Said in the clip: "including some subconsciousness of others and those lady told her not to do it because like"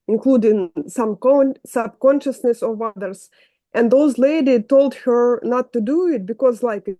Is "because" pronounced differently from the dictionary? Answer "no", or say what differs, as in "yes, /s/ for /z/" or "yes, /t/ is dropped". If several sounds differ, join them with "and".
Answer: no